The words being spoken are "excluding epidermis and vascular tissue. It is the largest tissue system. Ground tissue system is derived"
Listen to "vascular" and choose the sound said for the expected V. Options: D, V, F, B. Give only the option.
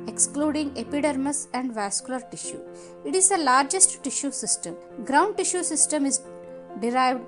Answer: V